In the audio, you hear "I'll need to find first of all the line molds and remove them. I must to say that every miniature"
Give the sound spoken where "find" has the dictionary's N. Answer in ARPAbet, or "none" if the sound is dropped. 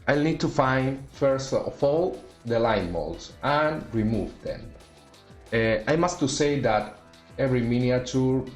N